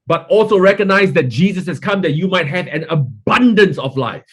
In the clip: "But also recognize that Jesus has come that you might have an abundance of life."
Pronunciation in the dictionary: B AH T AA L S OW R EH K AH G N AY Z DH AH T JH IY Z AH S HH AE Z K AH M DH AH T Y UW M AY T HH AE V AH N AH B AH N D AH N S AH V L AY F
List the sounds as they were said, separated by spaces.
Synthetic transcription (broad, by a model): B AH T AA L S OW R EH K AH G N AY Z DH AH T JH IY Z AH S HH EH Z K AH M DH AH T Y UW M AY T HH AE V AH N AH B AH N D AH N S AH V L AY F